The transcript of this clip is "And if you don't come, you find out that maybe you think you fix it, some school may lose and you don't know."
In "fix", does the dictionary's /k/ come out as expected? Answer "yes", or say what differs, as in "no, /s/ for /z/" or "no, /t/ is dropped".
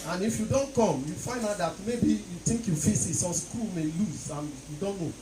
no, /k/ is dropped